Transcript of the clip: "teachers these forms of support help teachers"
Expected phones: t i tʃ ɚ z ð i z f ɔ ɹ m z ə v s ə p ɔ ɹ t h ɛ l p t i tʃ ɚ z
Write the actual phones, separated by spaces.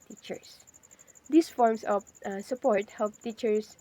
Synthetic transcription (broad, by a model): t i tʃ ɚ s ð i s f ɔ ɹ m s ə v s ə p ɔ ɹ t h ɛ l p t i tʃ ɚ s